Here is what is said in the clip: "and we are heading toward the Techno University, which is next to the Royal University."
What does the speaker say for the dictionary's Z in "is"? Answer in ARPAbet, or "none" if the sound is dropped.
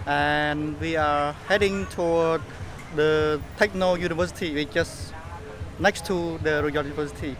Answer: S